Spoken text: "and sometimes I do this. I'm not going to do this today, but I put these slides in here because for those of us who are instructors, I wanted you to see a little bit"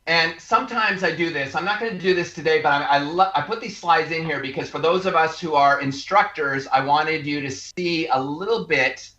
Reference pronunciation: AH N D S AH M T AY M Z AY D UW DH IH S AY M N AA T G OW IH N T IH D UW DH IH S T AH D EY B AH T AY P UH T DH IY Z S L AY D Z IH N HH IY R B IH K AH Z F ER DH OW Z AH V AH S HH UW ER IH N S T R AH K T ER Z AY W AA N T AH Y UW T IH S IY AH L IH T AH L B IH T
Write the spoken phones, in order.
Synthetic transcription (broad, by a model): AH N S AH M T AY M Z AY D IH DH IH S AY M N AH T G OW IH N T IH D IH DH IH S T AH D EY B AH T AY P UH T DH IY Z S L AY D Z IH N HH IY R B IH K AH Z F ER DH OW Z AH V AH S HH UW ER IH N S T R AH K T ER Z AY W AA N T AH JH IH T IH S IY AH L IH T L B IH T